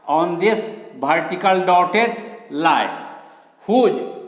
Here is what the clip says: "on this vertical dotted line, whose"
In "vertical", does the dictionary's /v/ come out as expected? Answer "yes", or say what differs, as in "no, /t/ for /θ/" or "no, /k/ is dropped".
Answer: no, /b/ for /v/